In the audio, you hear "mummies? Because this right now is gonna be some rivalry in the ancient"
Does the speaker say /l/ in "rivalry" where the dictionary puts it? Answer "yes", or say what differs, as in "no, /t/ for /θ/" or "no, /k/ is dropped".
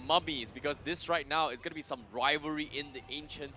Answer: no, /l/ is dropped